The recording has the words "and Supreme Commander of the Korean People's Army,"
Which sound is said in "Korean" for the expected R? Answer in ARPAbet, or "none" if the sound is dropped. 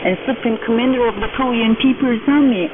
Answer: L